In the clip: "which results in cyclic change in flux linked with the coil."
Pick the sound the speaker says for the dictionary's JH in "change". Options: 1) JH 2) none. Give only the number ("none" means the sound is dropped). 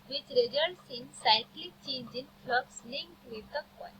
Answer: 1